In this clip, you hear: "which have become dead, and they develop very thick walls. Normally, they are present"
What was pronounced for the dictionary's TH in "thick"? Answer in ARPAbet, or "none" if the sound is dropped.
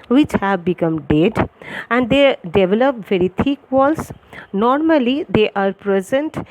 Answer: T